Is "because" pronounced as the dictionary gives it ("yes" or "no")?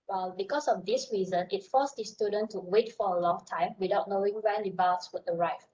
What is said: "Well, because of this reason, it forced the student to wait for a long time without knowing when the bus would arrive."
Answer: no